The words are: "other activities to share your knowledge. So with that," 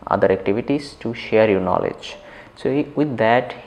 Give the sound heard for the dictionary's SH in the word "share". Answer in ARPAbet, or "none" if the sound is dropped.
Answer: SH